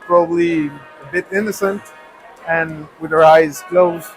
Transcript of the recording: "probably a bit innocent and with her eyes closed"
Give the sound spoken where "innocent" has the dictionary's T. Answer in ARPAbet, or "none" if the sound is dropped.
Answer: T